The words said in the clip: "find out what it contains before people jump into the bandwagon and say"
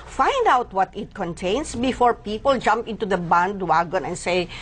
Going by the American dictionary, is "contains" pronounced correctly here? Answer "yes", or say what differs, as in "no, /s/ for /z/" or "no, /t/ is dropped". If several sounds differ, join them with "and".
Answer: no, /s/ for /z/